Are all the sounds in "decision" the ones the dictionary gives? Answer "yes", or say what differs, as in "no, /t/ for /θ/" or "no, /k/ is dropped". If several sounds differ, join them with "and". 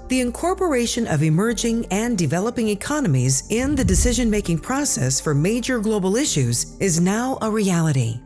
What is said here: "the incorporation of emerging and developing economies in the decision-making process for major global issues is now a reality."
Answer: yes